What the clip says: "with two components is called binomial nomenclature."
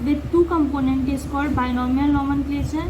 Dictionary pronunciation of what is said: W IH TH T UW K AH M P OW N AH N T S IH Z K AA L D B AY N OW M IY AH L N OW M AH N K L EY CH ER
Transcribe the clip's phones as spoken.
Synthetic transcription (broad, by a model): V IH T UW K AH M P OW N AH N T IH S K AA D B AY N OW M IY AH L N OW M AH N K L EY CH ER